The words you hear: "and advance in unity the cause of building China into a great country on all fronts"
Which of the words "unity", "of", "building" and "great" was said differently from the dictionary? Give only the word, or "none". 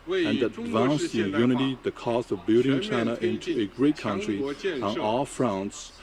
none